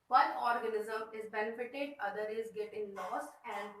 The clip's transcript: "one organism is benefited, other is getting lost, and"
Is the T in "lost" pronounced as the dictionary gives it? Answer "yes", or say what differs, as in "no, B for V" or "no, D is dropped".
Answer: no, T is dropped